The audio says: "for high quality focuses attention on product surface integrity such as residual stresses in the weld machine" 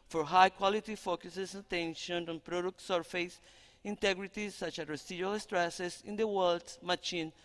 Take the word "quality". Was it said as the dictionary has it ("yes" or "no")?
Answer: yes